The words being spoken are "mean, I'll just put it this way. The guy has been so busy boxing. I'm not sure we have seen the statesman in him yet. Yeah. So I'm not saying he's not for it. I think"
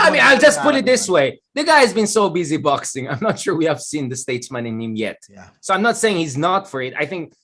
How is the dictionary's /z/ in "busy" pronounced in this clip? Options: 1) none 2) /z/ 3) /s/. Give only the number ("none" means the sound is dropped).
2